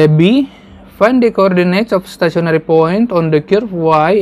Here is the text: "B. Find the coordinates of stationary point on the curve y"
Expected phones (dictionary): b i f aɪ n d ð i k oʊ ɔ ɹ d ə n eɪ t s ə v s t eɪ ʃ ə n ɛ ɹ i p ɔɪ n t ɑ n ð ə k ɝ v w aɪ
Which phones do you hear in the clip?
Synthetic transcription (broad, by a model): b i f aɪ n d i k oʊ ɔ ɹ d ə n eɪ t s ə f s t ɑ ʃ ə n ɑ ɹ i p ɔɪ n t ɑ n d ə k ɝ f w aɪ